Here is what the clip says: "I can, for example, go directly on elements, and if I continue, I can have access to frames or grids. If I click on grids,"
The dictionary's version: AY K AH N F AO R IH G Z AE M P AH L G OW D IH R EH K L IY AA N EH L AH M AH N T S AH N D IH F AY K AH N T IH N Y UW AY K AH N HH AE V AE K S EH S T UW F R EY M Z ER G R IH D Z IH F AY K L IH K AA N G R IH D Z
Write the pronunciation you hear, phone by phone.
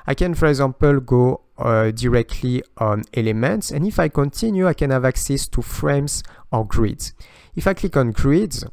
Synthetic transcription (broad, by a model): AY K AH N F AO R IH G Z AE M P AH L G OW D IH R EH K L IY AA N EH L AH M AH N T S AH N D IH F AY K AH N T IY N Y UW AY K AH N HH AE V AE K S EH S T UW F R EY M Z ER G R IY D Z IH F AY K L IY K AA N G R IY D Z